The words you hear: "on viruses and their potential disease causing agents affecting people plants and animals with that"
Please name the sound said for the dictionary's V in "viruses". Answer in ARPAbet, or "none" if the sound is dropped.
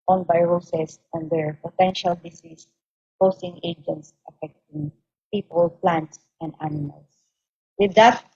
B